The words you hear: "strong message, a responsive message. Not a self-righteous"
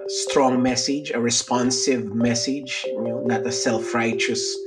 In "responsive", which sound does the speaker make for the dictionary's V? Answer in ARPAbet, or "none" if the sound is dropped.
V